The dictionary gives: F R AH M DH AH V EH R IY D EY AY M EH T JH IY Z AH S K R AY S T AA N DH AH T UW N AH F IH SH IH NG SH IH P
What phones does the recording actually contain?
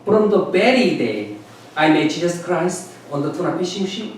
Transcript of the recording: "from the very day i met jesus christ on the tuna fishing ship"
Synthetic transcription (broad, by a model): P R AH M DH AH B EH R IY D EY AY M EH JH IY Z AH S K R AY S T AA N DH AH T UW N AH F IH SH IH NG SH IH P